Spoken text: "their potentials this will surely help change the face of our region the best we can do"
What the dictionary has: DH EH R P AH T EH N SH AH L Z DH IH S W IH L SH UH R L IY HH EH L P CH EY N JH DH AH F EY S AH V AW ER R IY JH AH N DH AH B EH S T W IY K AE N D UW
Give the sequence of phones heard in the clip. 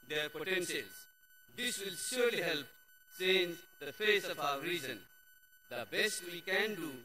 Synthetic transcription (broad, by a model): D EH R P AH T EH N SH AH L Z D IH S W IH L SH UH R L IY HH EH L P S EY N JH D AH F EY S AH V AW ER R IY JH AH N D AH B EH S T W IY K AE N D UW